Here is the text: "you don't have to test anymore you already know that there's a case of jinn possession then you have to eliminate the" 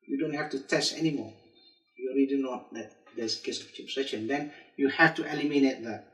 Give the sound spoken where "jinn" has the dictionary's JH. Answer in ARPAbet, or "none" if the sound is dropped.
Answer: CH